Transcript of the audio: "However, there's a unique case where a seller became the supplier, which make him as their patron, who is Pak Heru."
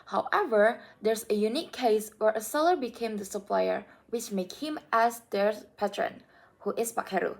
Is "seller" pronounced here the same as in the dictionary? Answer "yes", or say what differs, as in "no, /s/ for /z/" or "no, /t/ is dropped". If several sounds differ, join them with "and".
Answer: yes